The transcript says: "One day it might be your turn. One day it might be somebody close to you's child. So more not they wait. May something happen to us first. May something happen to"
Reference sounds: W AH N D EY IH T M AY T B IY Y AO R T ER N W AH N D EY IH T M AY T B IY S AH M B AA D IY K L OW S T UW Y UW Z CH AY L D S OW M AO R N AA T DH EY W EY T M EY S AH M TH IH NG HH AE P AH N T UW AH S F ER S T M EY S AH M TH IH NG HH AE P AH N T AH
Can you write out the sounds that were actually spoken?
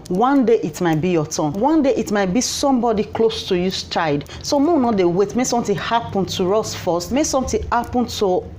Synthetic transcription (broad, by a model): W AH N D EY IH T M AY T B IY Y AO T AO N W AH N D EY IH T M AY T B IY S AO M B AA D IY K L OW S T UW Y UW S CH AY D S OW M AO N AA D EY W EY T M EY S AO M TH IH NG HH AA P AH N T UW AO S F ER S T M EY S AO M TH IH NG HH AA P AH N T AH